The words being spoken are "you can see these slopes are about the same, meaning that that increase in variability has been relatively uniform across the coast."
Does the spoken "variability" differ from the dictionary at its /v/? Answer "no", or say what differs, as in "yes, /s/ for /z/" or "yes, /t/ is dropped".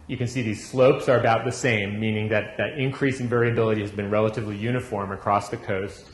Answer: no